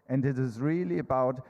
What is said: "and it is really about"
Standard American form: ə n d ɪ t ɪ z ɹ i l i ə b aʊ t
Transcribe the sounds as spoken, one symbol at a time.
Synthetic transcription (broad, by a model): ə n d ɪ t ɪ z ɹ i l i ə b aʊ t